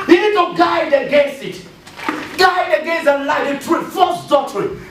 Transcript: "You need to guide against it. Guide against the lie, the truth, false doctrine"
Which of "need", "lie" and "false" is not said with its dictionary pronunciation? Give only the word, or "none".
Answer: false